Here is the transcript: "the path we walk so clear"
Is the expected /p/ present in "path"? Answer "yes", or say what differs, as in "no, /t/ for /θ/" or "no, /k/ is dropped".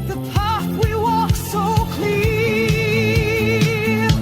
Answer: yes